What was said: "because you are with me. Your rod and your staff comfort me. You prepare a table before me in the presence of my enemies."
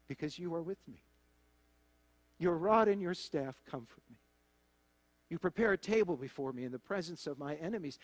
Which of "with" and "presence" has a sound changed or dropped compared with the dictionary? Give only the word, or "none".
none